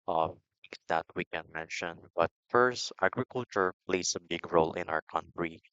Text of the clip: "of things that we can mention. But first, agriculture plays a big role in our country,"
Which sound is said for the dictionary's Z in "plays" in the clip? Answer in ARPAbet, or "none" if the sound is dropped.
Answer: S